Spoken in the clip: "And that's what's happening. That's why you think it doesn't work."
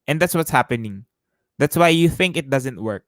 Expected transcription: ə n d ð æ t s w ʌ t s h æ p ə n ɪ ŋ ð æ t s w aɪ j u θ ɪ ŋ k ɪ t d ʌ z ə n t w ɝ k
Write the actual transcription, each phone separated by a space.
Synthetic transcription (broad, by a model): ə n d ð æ t s w ʌ t s h æ p ə n ɪ ŋ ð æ t s w aɪ j u θ ɪ ŋ k ɪ t d ʌ z ə n t w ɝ k